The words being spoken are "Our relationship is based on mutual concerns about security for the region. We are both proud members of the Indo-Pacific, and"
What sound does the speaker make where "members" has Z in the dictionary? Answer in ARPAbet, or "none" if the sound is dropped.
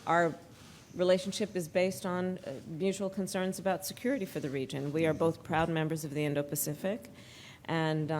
Z